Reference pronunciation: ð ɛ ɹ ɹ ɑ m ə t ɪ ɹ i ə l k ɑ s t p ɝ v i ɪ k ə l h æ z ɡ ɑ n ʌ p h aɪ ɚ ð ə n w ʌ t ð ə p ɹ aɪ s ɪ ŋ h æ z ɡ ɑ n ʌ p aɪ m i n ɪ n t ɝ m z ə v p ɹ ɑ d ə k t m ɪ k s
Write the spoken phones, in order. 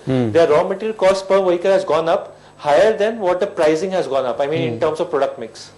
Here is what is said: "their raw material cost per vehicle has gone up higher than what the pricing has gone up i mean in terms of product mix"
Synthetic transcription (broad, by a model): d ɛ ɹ ɹ ɑ m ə t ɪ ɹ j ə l k ɑ s t p ɝ v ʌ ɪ k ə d h æ z ɡ ɑ n ʌ p h aɪ ɚ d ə n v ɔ t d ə p ɹ aɪ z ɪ ŋ h æ z ɡ ɑ n ʌ p aɪ m i n ɪ n t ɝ m s ə v p ɹ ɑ d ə k t m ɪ k s